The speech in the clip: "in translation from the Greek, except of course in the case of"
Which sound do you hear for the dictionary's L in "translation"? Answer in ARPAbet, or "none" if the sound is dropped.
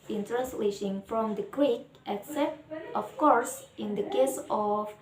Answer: L